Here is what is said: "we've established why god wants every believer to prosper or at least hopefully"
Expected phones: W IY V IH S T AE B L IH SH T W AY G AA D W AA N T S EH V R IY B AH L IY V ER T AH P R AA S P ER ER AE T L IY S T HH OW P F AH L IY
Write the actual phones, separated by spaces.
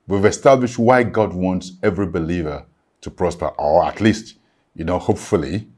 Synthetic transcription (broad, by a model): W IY V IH S T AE B L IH SH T W AY G AA D W AA N T S EH V R IY B AH L IY V ER T AH P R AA S P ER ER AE T L IY S T HH OW P F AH L IY